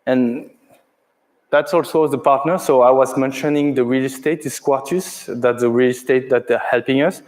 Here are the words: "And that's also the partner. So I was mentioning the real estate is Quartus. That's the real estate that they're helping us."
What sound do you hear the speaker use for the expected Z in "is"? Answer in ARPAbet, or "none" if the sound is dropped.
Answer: S